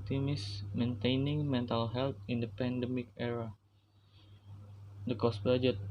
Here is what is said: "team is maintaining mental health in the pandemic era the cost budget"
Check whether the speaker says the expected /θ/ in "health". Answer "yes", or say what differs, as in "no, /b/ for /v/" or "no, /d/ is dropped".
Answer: no, /t/ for /θ/